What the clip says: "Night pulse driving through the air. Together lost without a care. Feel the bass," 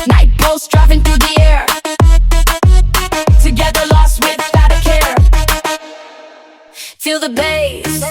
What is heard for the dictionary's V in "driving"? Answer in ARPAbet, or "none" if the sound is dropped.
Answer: F